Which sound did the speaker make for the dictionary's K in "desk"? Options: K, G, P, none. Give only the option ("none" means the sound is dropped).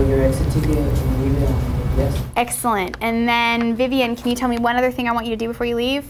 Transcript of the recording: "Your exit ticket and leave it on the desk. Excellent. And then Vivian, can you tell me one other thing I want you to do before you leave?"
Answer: none